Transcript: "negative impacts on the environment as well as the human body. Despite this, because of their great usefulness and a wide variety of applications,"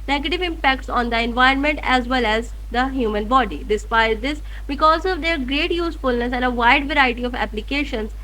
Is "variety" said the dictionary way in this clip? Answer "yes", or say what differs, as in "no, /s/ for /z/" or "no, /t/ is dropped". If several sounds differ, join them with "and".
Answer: yes